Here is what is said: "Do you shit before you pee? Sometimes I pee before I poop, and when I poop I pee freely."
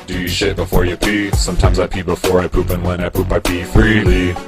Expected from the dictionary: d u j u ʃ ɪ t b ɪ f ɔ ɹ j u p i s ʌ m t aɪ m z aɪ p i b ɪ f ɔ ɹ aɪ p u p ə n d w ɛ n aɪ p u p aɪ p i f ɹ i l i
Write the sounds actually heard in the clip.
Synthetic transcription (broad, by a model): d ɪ j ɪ ʃ ɪ t b ɪ f ɔ ɹ j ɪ p i s ʌ m t aɪ m z aɪ p i b ɪ f ɔ ɹ aɪ p u p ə n w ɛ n aɪ p u p aɪ p i f ɹ i l i